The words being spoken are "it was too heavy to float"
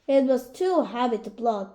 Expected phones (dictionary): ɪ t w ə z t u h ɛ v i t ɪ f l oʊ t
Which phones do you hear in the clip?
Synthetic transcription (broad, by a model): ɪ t w ə z t u h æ p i t ɪ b l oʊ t